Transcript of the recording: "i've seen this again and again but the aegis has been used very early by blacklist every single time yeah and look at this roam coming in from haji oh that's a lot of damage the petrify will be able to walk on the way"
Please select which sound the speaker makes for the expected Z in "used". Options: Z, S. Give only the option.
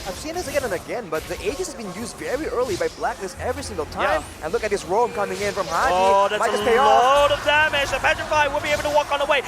Z